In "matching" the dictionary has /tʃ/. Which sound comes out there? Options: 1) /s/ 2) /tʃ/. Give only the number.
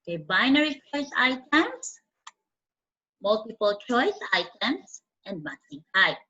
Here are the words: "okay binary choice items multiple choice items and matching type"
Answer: 1